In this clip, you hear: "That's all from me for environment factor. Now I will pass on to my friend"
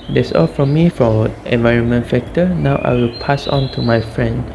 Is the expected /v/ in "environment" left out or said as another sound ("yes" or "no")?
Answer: no